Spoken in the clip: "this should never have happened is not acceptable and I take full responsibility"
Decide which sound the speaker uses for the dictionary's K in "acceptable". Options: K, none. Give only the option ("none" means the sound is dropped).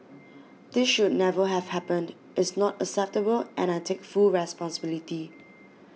none